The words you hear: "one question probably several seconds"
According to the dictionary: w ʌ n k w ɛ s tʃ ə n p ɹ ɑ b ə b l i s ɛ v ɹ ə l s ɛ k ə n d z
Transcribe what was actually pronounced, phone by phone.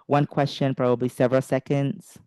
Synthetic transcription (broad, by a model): w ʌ n k w ɛ s tʃ ə n p ɹ ɑ b ə b l i s ɛ v ɹ ə l s ɛ k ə n d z